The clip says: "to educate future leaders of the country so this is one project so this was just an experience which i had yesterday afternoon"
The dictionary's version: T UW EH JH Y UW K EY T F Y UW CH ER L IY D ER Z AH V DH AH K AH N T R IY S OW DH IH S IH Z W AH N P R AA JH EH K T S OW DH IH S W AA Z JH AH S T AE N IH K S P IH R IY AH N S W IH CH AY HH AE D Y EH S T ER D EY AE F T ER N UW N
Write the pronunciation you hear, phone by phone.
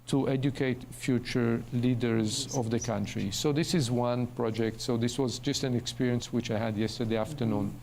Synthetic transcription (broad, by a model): T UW EH JH Y UW K EY T F Y UW CH ER L IY D ER Z AH V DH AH K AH N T R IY S OW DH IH S IH Z W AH N P R AA JH EH K T S OW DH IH S W AA Z JH AH S T AE N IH K S P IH R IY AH N S W IH CH AY HH AE D Y EH S T ER D EY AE F T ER N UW N